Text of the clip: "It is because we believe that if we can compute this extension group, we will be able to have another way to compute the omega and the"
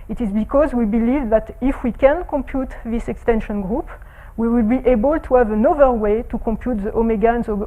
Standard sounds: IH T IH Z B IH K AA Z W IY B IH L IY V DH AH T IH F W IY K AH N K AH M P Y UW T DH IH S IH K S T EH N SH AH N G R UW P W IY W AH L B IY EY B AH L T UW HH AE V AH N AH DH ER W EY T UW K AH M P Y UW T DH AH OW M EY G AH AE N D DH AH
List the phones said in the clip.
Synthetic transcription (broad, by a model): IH T IH Z B IH K AA Z W IY B IH L IY V DH AH T IH F W IY K AH N K AH M P Y UW T DH IH S IH K S T EH N SH AH N G R UW P W IY W AH L B IY EY B AH L T UW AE V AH N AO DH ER W EY T UW K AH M P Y UW T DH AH OW M EY G AH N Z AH